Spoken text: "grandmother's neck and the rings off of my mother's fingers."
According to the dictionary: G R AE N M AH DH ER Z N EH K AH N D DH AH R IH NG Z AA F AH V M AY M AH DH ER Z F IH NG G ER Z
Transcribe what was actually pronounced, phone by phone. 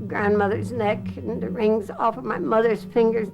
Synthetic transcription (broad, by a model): G R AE N M AH DH ER Z N EH K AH N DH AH R IH NG Z AA F AH V M AY M AH DH ER Z F IH NG G ER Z